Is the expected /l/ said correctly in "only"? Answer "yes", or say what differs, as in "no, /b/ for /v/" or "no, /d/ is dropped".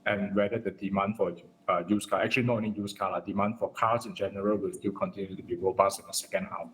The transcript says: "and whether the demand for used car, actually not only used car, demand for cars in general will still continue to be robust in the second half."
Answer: no, /l/ is dropped